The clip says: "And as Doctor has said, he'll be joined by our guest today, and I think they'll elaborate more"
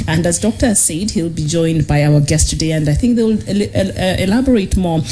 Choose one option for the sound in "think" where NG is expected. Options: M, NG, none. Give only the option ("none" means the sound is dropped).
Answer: NG